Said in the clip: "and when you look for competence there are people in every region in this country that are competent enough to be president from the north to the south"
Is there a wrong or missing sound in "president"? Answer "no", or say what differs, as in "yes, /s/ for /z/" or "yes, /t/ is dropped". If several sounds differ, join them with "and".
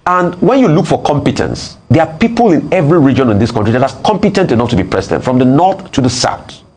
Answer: yes, /s/ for /z/